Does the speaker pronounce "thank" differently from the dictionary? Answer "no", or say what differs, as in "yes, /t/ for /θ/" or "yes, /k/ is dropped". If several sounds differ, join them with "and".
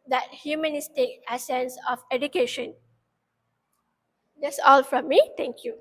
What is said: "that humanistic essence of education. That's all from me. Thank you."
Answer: yes, /t/ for /θ/